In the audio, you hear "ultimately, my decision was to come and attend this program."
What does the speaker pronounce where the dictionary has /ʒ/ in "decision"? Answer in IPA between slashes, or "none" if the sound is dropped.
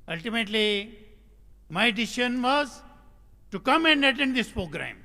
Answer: /ʃ/